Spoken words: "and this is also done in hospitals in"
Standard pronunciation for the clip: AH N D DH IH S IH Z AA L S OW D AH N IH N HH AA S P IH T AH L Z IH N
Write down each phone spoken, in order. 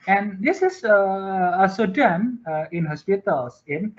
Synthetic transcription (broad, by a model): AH N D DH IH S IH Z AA S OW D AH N IH N HH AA S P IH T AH L S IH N